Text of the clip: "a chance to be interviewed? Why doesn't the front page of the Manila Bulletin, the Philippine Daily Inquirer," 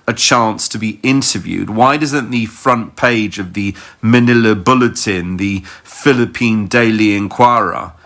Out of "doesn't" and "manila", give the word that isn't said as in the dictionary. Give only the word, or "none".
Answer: none